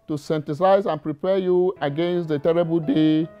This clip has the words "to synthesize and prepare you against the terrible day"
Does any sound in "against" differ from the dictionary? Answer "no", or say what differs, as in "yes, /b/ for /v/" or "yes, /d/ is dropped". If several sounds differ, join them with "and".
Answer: no